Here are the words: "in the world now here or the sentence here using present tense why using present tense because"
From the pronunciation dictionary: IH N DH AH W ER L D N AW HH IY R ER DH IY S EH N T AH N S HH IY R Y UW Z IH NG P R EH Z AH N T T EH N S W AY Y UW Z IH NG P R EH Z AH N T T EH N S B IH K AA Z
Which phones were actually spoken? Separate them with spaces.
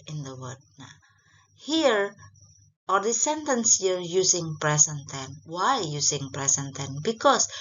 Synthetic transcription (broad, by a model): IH N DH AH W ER D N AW HH IY R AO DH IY S EH N T AH N S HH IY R Y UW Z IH NG P R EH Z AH N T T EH N W AY Y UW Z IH NG P R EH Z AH N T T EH N B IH K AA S